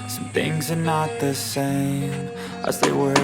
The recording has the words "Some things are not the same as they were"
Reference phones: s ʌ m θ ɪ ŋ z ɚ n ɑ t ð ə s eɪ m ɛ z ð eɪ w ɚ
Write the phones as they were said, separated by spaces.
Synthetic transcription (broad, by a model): s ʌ m θ ɪ ŋ z ɚ n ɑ t ð ə s eɪ m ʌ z ð eɪ w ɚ